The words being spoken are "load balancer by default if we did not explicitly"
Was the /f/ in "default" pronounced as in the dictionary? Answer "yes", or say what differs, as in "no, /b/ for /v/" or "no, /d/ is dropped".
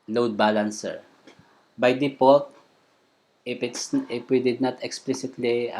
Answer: no, /p/ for /f/